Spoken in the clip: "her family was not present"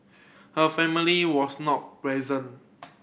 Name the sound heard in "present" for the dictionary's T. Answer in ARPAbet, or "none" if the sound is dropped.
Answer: none